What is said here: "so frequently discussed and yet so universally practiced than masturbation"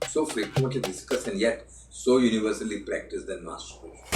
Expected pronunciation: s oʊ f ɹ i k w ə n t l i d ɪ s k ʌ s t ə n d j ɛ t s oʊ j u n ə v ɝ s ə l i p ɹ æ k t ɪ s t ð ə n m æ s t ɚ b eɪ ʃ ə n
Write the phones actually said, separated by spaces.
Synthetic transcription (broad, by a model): s oʊ f ɹ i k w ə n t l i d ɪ s k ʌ s ə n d j ɛ t s oʊ j u n ə v ɝ s ə l i p ɹ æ k t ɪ s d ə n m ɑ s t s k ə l